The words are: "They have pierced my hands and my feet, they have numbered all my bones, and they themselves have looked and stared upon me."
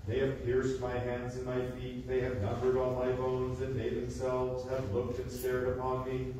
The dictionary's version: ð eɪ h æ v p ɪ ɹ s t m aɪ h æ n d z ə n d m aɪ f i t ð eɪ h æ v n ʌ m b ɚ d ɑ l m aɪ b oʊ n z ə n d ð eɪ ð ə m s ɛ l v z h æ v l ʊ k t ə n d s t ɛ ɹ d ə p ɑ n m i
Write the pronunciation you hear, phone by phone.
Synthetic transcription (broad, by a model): ð eɪ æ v p ɪ ɹ s t m aɪ h æ n d z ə n m aɪ f i t ð eɪ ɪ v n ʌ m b ɚ d ɑ l m aɪ b oʊ n z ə n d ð eɪ ð ə m s ɛ l v z h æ v l ʊ k t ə n s t ɛ ɹ d ə p ɑ n m i